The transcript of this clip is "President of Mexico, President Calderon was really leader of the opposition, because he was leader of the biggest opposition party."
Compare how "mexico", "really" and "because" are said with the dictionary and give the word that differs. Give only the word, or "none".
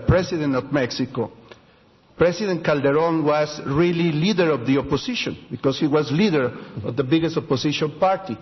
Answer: because